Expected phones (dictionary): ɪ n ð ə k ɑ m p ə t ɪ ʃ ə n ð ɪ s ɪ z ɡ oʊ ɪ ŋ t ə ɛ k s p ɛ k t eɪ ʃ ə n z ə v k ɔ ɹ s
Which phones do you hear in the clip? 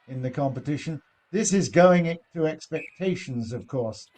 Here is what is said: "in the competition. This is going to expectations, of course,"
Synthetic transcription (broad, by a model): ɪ n ð ə k ɑ m p ə t ɪ ʃ ə n ð ɪ s ɪ z ɡ oʊ ɪ ŋ t ə ɛ k s p ɛ k t eɪ ʃ ə n z ə v k ɔ ɹ s